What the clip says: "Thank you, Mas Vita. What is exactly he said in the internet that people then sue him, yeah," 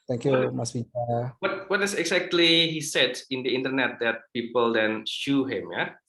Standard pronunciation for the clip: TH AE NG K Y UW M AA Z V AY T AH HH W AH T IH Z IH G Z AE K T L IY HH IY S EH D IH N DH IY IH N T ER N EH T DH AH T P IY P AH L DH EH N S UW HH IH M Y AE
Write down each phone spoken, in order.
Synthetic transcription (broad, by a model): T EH NG K Y UW M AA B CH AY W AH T W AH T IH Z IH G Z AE K T L IY HH IY S EH D IH N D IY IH N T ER N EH T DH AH T P IY P AH L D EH N SH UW HH IH M Y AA